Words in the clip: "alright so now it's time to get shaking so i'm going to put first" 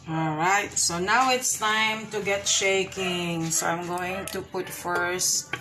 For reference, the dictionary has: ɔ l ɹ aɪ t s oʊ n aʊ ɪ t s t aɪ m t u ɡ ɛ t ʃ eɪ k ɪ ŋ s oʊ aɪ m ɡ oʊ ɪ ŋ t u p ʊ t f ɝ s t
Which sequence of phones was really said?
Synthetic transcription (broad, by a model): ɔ l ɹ aɪ t s oʊ n aʊ ɪ t s t aɪ m t u ɡ ɛ t ʃ eɪ k ɪ ŋ s oʊ aɪ m ɡ oʊ ɪ ŋ t u p ʊ t f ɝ s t